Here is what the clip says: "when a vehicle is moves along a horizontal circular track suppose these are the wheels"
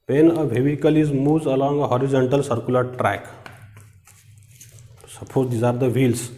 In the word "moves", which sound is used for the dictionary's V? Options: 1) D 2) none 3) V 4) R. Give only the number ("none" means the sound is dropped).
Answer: 2